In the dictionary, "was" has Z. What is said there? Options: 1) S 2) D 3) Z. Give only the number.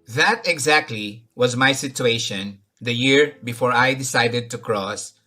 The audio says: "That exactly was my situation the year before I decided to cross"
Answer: 3